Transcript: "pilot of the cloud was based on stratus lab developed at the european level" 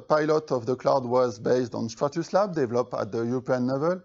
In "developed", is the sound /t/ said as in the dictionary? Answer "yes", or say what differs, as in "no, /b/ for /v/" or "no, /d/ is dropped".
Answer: no, /t/ is dropped